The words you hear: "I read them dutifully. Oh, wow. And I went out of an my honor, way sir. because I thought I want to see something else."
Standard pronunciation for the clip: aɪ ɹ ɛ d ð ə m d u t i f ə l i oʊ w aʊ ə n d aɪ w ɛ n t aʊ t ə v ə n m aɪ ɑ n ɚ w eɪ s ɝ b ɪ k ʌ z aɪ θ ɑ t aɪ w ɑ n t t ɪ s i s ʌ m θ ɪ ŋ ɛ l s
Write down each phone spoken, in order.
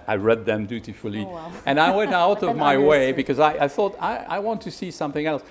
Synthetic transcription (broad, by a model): aɪ ɹ ɛ d ð ə m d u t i f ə l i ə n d aɪ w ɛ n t aʊ t ə v m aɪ ɑ ɪ w eɪ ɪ b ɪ k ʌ z aɪ θ ɑ t aɪ w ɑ n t t ɪ s i s ʌ m θ ɪ ŋ ɛ l s